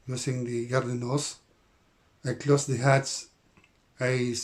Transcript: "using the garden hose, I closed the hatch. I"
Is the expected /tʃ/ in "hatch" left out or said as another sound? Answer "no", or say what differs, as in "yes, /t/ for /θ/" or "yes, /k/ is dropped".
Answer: yes, /s/ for /tʃ/